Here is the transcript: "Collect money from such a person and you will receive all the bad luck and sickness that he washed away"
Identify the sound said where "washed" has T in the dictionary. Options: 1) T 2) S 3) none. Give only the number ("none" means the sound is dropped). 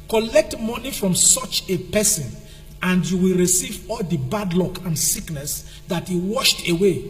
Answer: 1